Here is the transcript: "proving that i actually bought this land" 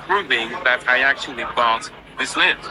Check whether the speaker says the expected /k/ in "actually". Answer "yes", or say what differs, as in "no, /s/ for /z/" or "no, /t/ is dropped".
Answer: yes